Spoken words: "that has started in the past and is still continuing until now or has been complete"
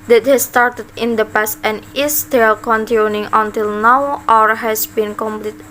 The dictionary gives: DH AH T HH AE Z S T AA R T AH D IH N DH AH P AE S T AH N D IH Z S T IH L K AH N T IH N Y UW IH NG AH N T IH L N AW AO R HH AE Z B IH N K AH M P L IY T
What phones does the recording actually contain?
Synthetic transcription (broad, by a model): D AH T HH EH S T AA R T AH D IH N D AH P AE S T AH N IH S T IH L K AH N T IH N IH NG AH N T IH L N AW AO R HH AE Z B IH N K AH M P L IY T